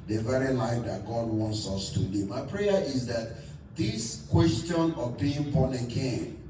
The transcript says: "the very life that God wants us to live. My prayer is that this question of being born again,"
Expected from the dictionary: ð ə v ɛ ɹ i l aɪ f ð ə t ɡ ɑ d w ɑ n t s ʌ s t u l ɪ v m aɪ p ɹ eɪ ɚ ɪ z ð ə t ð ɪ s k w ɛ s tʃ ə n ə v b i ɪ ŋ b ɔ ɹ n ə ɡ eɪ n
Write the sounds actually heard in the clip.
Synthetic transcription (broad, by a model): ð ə v ɛ ɹ i l aɪ f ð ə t ɡ ɑ d w ɑ n t s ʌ s t u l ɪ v m aɪ p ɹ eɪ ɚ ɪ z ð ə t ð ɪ s k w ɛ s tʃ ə n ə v b i ɪ ŋ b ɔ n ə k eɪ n